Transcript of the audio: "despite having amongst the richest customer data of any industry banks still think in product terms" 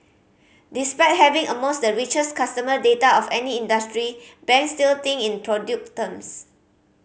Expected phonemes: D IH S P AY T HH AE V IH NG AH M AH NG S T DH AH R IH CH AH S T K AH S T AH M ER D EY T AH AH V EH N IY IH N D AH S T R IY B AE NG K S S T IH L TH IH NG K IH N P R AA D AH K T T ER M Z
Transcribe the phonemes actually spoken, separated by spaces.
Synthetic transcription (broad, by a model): D IH S P AY T HH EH V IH NG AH M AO S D AH R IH CH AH S K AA S T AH M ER D EY T AH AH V EH N IY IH N D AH S T R IY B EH NG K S S T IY L T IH NG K IH N P R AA D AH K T T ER M S